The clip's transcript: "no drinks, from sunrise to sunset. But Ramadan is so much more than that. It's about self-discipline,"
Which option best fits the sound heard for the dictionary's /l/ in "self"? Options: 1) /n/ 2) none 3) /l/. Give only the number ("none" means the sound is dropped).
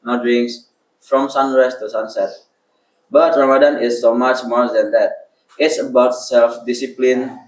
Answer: 3